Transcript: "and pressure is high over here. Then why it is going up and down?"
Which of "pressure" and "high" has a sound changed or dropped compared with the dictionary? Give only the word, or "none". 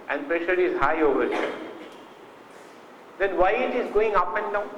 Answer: none